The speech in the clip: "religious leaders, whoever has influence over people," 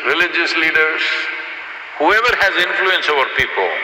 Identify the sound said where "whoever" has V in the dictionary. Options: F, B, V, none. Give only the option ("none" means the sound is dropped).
V